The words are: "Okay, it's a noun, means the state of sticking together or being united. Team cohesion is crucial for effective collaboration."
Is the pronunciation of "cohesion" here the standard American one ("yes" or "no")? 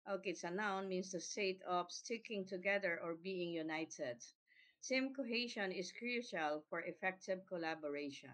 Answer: no